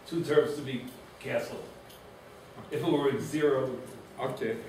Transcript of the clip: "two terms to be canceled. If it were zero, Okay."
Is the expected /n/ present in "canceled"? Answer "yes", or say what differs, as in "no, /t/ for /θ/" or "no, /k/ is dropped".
no, /n/ is dropped